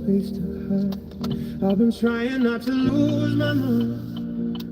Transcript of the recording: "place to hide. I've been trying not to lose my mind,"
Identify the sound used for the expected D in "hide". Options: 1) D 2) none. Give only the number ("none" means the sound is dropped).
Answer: 2